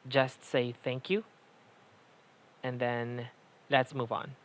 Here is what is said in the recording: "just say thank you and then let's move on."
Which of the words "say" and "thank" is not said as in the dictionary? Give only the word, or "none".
none